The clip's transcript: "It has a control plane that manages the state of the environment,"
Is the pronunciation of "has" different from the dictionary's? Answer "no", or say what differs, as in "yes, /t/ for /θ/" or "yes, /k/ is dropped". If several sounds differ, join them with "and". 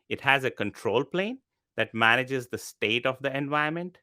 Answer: no